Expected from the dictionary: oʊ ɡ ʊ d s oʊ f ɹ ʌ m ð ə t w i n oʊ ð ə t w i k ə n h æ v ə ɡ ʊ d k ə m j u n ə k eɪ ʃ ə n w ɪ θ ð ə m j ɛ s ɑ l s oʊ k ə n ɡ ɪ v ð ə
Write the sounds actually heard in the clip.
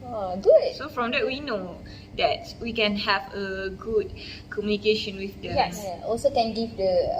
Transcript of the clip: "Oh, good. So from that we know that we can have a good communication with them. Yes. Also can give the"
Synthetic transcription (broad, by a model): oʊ ɡ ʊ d s oʊ f ɹ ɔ m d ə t w i n oʊ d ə t w i k ə n h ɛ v ə ɡ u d k ə m j u n ə k eɪ ʃ ə n w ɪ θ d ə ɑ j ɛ ɑ l s oʊ k ə n ɡ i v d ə